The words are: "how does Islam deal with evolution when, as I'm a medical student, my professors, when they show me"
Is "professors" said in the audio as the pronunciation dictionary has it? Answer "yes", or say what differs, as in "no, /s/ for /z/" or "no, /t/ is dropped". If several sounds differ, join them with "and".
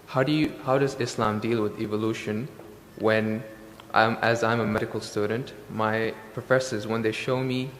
yes